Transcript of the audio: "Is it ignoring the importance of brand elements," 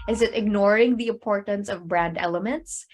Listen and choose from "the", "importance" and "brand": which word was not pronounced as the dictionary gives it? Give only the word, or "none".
none